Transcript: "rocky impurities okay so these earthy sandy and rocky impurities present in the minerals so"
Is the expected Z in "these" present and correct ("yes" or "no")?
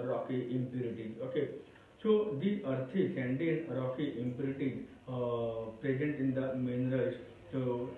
no